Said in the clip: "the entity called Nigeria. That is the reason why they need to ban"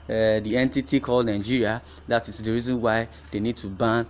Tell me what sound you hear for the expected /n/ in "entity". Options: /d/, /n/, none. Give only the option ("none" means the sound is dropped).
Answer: /n/